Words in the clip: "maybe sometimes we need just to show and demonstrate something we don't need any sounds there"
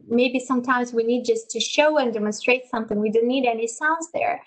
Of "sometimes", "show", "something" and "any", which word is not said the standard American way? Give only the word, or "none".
none